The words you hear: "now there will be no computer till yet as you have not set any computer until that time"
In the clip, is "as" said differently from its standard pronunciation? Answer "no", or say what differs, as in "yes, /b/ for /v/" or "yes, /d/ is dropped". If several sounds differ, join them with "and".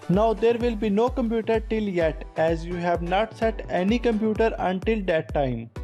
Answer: no